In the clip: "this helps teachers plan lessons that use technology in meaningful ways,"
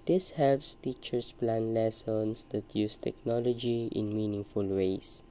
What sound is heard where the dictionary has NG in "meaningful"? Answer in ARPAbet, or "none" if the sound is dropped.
NG